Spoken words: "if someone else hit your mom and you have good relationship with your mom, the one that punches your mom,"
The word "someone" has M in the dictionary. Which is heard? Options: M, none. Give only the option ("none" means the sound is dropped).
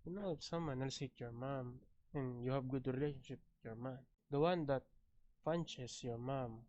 M